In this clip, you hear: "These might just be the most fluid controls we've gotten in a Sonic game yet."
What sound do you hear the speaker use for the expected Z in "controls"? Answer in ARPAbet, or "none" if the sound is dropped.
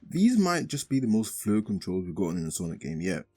Z